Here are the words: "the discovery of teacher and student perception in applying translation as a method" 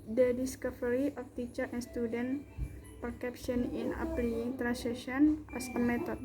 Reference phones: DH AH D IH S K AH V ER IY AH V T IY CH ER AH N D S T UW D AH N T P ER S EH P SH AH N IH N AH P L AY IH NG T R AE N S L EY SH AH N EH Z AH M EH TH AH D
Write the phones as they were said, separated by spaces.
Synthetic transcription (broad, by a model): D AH D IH S K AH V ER IY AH F T IY CH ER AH N S T UW D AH N P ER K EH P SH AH N IH N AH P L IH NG T R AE N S EY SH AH N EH S AH M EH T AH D